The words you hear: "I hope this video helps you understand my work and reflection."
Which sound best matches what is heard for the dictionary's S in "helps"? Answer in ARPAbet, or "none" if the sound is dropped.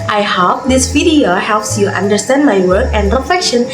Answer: S